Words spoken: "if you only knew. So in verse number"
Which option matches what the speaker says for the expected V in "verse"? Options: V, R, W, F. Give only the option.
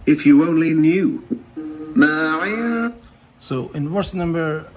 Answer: W